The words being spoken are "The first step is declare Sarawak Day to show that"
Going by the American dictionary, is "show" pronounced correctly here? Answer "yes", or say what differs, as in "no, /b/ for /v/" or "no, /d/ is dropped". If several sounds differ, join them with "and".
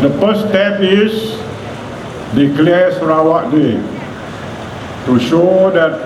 yes